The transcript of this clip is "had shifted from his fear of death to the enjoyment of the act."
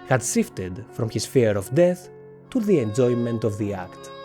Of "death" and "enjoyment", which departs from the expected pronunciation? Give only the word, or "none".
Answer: none